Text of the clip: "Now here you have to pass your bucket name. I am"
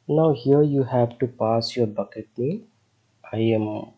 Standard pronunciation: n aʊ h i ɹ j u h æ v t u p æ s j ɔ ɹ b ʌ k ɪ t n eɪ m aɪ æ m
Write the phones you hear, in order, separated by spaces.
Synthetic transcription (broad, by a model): n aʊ h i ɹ j u h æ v t u p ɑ s j ɔ ɹ b ʌ k ɪ t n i aɪ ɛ m